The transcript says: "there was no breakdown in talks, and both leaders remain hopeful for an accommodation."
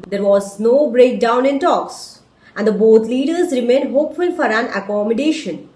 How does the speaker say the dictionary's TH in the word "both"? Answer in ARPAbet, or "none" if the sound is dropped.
T